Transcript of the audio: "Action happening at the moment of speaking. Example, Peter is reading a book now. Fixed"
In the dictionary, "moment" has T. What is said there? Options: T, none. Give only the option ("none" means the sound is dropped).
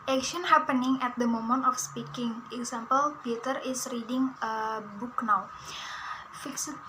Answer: T